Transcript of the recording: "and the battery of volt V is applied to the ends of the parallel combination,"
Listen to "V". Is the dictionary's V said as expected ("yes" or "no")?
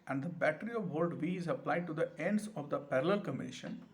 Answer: yes